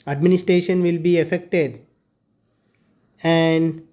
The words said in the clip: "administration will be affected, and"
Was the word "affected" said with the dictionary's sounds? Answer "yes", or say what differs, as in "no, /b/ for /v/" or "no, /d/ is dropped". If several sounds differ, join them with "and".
yes